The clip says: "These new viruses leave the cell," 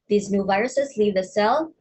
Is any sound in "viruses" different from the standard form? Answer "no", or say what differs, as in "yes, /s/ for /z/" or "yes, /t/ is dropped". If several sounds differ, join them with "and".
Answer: no